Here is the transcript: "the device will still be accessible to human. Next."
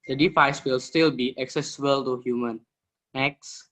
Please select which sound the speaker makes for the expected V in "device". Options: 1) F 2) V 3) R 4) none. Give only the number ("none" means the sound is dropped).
1